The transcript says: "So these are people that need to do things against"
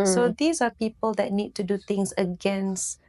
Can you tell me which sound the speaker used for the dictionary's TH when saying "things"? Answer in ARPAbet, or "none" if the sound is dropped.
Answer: T